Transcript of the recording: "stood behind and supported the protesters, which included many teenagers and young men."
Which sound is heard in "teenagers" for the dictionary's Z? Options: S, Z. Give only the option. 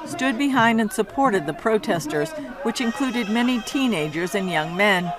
Z